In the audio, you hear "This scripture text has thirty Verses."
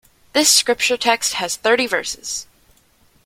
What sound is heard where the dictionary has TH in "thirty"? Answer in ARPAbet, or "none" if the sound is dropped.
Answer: TH